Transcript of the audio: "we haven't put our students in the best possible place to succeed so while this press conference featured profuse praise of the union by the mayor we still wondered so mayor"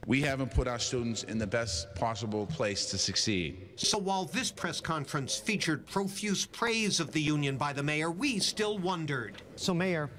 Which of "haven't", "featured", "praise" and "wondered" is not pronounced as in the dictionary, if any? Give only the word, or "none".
none